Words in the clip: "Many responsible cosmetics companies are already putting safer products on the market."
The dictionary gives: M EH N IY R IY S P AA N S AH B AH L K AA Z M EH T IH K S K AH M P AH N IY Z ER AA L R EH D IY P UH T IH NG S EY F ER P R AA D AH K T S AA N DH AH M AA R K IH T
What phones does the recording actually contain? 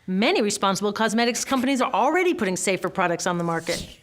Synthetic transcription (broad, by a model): M EH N IY R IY S P AA N S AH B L K AA Z M EH T IH K S K AH M P AH N IY Z ER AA L R EH D IY P UH T IH NG S EY F ER P R AA D AH K T S N DH AH M AA R K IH T